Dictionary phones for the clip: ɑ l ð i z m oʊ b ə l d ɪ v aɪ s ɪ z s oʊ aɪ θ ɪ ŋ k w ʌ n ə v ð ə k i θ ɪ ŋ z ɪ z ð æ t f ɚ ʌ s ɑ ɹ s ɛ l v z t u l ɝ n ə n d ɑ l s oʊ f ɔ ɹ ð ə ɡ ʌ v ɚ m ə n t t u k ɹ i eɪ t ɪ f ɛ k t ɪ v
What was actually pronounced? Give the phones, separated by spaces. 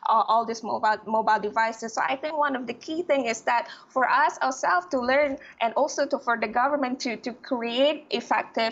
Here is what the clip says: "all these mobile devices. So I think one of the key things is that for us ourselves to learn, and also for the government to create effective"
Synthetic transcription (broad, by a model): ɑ l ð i s m oʊ b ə l d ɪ v aɪ s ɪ s oʊ aɪ θ ɪ ŋ k w ʌ n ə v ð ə k i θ ɪ ŋ ɪ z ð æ t f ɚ ʌ s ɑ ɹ s ɛ l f t u l ɝ n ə n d ɑ l s oʊ f ɔ ɹ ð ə ɡ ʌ v ɚ m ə n t t u k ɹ i eɪ t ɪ f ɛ k t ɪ